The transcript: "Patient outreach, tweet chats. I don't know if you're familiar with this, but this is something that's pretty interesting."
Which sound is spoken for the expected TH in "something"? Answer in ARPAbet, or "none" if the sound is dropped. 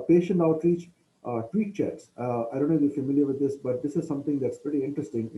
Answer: T